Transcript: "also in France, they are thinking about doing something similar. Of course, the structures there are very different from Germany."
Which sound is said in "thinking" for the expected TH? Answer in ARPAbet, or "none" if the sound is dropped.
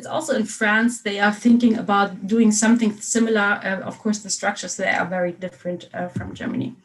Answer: TH